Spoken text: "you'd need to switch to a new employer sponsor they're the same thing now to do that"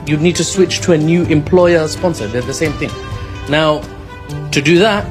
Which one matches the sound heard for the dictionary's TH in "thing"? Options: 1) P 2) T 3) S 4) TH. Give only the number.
4